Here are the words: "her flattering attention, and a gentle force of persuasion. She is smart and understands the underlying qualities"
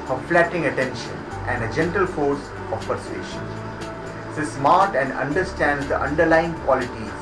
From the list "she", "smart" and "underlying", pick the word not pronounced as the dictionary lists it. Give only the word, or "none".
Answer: she